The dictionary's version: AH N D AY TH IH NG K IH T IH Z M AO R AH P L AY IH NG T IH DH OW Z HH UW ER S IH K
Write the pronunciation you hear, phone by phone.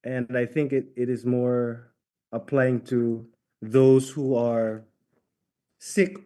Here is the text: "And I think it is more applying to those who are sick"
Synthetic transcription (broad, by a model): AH N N AY TH IH NG K IH T IH Z M AO R AH P L AY IH NG T IH DH OW Z HH UW ER S IH K